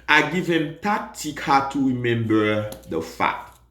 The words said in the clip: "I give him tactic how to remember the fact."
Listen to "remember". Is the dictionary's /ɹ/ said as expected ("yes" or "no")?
yes